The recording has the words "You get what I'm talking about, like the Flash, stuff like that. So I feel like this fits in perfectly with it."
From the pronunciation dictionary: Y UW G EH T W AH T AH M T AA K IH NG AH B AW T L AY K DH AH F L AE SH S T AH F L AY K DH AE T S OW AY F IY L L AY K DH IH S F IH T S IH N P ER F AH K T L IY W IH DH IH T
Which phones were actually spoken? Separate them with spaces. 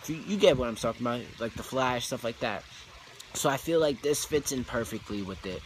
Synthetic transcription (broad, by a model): Y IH G EH T W AH T AH M S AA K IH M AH IH L AY K DH AH F L AE SH S T AH F L AY K DH AE T S OW AY F IY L L AY K DH IH S F IH T S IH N P ER F AH K T L IY W IH DH IH T